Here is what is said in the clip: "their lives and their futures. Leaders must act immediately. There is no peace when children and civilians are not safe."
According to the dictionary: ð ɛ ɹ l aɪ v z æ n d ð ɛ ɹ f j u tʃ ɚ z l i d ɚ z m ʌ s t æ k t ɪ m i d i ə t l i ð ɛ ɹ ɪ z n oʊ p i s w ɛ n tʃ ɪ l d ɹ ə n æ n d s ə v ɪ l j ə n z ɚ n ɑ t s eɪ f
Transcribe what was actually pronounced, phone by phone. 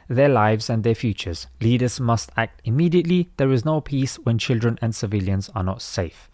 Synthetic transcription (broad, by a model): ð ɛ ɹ l aɪ v z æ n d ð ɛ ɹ f j u tʃ ɚ z l i d ɚ z m ʌ s t æ k t ɪ m i d i ə t l i ð ɛ ɹ ɪ z n oʊ p i s w ɛ n tʃ ɪ l d ɹ ə n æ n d s ə v ɪ l j ə n z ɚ n ɑ t s eɪ f